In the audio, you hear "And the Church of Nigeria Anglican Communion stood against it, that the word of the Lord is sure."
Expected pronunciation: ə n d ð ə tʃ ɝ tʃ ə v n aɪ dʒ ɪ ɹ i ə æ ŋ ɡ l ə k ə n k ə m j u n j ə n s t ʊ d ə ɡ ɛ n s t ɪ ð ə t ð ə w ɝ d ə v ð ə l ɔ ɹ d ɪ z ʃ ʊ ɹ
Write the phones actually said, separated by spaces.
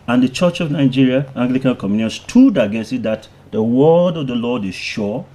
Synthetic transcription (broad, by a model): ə n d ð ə tʃ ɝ tʃ ə v n aɪ dʒ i ɹ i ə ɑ ŋ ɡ l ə k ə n k ə m j u n j ə n s t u d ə ɡ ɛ s ɪ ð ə t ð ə w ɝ d ə v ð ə l ɔ d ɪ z ʃ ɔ